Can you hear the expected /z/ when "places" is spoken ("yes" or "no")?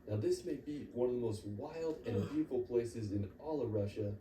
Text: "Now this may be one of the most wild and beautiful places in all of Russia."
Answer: yes